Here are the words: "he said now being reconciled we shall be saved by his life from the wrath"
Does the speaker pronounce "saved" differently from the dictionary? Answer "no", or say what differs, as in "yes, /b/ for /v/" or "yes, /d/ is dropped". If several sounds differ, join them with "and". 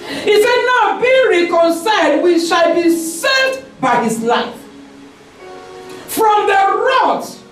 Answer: yes, /v/ is dropped